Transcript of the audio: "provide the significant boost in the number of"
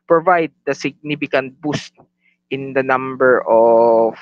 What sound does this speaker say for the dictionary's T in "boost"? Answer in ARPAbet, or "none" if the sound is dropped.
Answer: T